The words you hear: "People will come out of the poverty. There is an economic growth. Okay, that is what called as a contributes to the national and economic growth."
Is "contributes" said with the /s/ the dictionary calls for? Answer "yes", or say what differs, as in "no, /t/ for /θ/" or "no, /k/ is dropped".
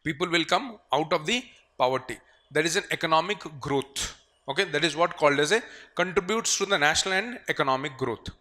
yes